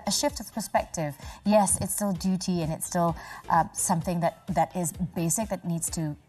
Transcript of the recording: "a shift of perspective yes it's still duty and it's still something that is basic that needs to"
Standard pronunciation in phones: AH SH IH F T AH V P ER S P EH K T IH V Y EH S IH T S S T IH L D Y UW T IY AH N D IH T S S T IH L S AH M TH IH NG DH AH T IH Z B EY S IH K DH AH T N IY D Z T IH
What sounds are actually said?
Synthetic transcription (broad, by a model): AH SH IH F T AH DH P ER S P EH K T IH V Y EH S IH T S S T IH L D Y UW T IY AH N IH T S S T IH L S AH M TH IH NG DH AH T IH Z B EY S IH K DH AH T N IY D Z T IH